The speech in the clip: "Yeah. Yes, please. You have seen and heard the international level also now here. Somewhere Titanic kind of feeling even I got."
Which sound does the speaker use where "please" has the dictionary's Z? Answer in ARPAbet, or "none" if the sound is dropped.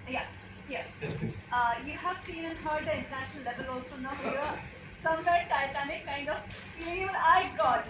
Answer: none